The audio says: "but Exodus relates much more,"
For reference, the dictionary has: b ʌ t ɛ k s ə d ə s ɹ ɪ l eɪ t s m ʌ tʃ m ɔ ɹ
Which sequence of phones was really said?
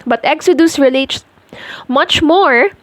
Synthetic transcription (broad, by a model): b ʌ t ɛ k s ə d ə s ɹ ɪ l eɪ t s m ʌ tʃ m ɔ ɹ